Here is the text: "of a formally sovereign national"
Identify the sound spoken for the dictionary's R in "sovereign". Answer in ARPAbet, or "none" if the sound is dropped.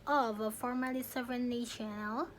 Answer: none